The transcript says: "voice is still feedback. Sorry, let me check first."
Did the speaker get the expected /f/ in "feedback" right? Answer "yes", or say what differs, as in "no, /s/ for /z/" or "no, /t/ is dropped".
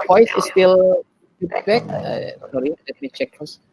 no, /p/ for /f/